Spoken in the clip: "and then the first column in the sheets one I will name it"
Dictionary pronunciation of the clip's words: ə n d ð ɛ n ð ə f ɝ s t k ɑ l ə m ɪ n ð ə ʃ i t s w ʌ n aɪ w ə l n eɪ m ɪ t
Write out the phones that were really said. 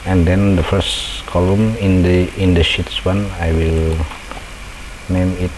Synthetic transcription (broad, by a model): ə n d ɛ n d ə f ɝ s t k ɑ l ə m ɪ n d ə ʃ i t s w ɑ n aɪ w ə l n eɪ m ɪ t